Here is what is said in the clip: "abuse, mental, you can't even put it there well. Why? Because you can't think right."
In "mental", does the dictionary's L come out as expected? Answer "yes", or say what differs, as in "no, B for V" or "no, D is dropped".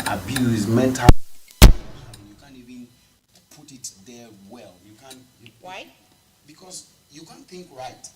no, N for L